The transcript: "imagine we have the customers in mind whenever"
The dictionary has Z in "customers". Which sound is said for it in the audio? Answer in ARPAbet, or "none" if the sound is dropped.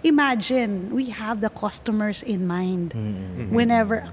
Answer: S